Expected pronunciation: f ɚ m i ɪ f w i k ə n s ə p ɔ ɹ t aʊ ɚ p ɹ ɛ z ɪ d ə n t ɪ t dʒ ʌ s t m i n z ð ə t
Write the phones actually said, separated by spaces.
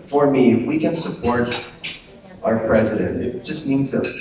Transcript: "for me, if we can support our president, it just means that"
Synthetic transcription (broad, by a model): f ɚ m i ɪ f w i k ə n s ə p ɔ ɹ t aʊ ɚ p ɹ ɛ z ɪ d ə n t ɪ t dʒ ʌ s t m i n z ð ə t